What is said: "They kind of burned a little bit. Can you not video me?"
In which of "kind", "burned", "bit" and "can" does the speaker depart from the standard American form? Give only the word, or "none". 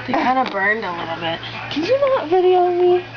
none